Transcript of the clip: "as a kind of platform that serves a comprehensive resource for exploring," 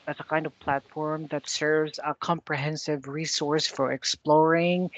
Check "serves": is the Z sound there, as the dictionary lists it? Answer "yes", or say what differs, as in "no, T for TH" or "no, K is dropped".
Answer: yes